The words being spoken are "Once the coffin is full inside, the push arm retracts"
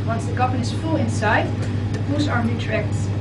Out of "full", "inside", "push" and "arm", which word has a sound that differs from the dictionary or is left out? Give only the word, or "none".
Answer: push